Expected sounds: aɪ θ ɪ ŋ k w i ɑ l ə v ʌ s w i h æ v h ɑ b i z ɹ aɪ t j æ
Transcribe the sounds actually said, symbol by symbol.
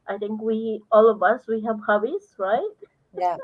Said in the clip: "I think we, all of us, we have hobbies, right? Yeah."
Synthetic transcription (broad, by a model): aɪ t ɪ ŋ k w i ɑ l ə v ʌ s w i h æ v h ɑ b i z ɹ aɪ t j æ